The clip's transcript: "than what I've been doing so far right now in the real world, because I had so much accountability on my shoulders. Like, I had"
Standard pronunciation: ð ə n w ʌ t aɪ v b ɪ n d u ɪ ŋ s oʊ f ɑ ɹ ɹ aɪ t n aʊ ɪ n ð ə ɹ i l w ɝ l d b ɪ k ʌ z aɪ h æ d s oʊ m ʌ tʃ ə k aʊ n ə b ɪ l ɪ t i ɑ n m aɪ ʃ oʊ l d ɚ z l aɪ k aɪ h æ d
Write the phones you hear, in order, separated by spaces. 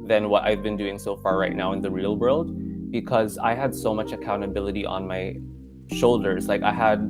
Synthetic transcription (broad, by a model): ð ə n w ʌ t aɪ v b ɪ n d u ɪ ŋ s oʊ f ɑ ɹ ɹ aɪ t n aʊ ɪ n ð ə ɹ i l w ɝ l d b ɪ k ʌ z aɪ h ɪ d s oʊ m ʌ tʃ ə k aʊ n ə b ɪ l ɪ t i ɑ n m aɪ ʃ oʊ l d ɚ z l aɪ k aɪ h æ d